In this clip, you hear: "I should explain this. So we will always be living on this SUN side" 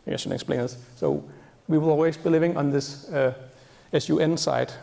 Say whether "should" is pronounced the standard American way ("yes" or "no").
no